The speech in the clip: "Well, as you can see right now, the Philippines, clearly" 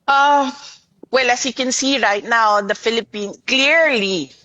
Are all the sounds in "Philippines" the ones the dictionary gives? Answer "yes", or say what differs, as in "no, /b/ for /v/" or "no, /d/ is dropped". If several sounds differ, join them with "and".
no, /z/ is dropped